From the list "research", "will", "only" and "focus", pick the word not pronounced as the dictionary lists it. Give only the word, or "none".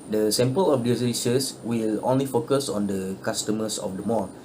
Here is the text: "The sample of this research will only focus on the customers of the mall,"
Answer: research